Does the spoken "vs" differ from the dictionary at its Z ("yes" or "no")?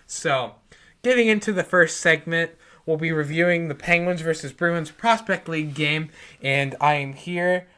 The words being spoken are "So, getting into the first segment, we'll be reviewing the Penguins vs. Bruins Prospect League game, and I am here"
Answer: no